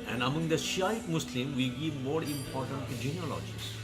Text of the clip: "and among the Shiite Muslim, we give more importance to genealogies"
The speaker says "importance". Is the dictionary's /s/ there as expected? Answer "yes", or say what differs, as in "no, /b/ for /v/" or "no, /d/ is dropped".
no, /s/ is dropped